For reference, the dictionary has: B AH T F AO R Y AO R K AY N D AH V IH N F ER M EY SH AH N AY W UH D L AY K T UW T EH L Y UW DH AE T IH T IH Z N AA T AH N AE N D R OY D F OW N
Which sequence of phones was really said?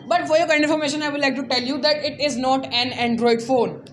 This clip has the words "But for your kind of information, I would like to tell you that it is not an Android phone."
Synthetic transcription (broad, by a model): B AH T F AO R Y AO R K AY D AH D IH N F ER M EY SH AH N AY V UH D L AY K T UW T EH L Y UW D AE T IH T IH Z N AA T AH N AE N D R OY D F OW N